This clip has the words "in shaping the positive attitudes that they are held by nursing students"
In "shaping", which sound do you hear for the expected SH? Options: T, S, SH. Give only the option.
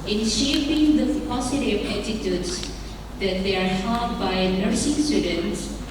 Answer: SH